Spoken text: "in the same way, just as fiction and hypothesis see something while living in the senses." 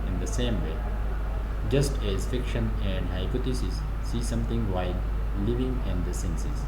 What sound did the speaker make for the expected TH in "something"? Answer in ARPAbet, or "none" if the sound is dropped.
T